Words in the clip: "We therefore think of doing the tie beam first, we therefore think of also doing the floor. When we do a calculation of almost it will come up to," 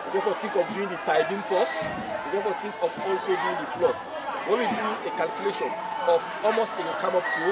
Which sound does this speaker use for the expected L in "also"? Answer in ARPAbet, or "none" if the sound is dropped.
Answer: L